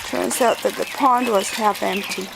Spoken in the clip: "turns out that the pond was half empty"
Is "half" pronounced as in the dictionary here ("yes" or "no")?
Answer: yes